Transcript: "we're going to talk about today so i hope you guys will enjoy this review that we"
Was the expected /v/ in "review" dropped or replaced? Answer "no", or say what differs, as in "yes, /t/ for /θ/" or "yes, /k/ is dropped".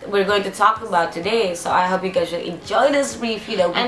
yes, /f/ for /v/